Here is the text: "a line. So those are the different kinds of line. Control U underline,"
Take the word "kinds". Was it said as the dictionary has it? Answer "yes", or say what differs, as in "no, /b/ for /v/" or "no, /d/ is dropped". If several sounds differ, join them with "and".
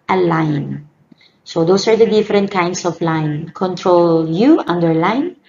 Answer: no, /s/ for /z/